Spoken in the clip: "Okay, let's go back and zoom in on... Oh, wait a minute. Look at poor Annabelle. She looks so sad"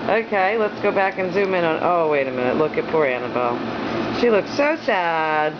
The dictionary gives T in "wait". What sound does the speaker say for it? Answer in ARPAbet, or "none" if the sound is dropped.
T